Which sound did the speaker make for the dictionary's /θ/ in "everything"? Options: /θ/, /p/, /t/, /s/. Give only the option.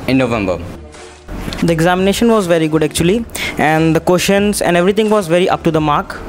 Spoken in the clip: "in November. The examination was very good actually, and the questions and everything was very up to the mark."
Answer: /t/